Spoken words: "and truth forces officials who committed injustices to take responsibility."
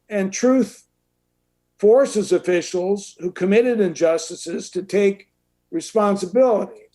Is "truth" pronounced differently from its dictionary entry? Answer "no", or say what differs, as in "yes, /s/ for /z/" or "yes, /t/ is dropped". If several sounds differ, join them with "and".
no